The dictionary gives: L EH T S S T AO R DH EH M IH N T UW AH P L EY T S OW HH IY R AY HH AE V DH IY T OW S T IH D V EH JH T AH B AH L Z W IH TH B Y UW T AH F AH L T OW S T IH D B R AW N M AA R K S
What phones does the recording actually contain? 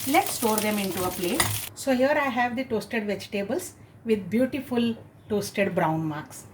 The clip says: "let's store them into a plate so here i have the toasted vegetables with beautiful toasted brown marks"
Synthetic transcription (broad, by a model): L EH T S S T AO R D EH M IH N T UW AH P L EY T S OW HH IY R AY HH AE V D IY T OW S T IH D V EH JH T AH B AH L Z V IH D B Y UW T AH F AH L T OW S T IH D B R AW N M AA R K S